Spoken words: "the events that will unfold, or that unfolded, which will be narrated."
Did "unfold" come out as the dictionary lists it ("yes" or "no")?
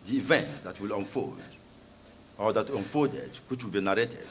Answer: no